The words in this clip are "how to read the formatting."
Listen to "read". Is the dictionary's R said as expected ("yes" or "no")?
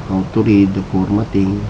yes